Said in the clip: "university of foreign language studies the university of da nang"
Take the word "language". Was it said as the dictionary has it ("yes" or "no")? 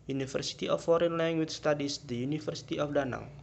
no